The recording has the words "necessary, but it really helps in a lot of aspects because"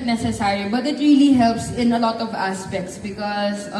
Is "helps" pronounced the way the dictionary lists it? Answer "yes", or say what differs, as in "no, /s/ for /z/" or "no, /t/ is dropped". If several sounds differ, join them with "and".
yes